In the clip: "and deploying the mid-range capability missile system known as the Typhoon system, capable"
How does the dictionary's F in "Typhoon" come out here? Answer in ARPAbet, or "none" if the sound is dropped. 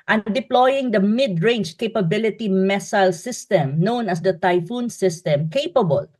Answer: F